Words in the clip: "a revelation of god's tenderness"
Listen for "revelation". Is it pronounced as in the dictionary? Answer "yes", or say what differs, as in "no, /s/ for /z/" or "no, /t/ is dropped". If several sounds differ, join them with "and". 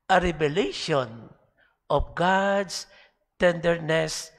no, /b/ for /v/